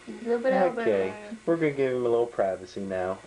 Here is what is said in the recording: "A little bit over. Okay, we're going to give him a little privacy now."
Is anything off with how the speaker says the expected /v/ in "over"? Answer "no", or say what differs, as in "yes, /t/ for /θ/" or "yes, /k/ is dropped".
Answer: yes, /v/ is dropped